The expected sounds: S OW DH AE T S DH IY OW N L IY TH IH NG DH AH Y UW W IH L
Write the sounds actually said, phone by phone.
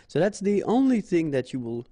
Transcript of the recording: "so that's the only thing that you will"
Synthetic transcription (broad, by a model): S OW DH AE T S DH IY OW N L IY TH IH NG DH AH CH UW W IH L